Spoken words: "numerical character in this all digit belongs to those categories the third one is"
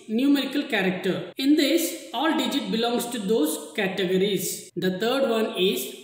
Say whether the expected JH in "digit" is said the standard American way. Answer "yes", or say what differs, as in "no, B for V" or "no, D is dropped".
yes